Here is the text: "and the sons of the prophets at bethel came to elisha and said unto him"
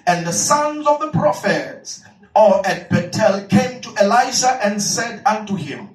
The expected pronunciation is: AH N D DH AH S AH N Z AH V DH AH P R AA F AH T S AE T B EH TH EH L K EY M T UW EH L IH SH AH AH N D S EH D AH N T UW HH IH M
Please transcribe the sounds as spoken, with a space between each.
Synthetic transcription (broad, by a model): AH N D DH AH S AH N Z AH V DH AH P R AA F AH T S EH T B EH T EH L K EY M T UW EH L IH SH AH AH N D S EH D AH N T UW HH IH M